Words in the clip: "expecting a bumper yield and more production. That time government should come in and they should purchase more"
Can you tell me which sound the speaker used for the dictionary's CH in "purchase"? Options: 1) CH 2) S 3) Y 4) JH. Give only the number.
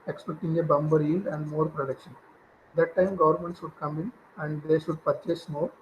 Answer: 1